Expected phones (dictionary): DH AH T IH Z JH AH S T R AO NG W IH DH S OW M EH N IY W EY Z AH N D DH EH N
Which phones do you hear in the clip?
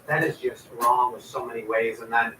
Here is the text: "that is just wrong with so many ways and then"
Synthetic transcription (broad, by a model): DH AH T IH Z JH AH S T R AO NG W IH DH S OW M EH N IY W EY Z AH N DH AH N